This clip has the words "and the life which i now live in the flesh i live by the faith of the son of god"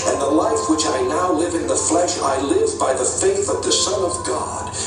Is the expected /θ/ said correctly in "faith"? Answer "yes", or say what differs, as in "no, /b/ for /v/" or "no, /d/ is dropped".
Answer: yes